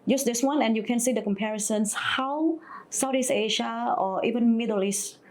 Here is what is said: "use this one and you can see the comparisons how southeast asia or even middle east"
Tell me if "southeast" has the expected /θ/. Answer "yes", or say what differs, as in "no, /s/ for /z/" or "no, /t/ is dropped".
no, /t/ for /θ/